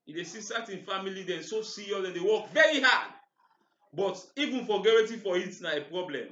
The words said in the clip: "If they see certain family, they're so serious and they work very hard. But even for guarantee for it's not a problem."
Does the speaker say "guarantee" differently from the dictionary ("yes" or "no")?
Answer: yes